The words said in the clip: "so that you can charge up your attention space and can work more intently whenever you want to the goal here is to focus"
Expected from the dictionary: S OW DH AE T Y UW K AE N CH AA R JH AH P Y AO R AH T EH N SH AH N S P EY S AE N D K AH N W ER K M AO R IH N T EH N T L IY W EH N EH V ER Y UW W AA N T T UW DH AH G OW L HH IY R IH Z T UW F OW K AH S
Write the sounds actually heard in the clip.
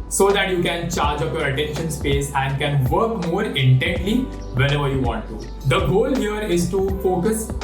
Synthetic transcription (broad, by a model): S OW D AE T Y UW K AE N CH AA R JH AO F Y AO R AH T EH N SH AH N S P EY S AE N D K AH N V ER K M AO R IH N T EH N T L IY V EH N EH V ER Y UW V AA N T T UW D AH G OW L HH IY R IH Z T UW F OW K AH S